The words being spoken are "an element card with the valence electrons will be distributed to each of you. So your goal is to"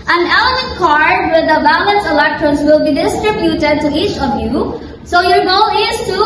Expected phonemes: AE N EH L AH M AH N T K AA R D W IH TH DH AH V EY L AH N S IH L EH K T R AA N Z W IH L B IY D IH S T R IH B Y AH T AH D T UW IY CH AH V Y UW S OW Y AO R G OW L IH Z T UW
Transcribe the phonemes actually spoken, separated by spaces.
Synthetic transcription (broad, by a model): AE N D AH AH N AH K AA R D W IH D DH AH B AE L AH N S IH L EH K T R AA N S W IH L B IY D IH S T R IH B Y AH T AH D T UW IY CH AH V Y UW S OW Y AO R G OW L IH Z T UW